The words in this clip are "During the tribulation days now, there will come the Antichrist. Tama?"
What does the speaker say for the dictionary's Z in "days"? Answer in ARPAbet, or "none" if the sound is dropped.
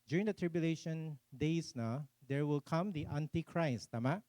S